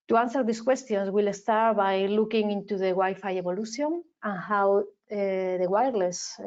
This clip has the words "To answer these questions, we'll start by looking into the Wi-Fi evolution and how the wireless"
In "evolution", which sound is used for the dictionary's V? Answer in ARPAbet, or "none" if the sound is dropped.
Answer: B